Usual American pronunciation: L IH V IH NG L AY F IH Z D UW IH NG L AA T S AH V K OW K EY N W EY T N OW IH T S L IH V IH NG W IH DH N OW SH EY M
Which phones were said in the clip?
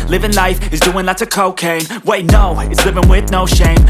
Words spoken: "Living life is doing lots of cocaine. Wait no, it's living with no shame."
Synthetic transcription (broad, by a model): L IH V IH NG L AY F IH Z D UW IH NG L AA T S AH K OW K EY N W EY T N OW IH T S L IH V IH NG W IH DH N OW SH EY M